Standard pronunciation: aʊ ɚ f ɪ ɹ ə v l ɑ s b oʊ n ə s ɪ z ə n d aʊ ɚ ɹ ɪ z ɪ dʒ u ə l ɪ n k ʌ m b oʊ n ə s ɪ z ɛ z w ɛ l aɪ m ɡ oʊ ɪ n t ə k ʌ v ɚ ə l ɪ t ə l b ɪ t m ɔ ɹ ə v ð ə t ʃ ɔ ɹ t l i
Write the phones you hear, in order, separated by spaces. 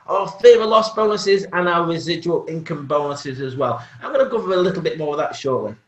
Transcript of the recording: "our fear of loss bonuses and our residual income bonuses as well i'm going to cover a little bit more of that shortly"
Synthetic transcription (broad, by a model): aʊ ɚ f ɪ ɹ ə l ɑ s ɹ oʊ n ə s ɪ z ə n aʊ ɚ ɹ ɪ z ɪ dʒ u ə l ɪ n k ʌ m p oʊ n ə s ɪ z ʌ z w ɛ l aɪ m ɡ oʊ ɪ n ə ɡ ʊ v ɚ ə l ɪ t l b ɪ t m ɔ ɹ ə ð ə t ʃ ɔ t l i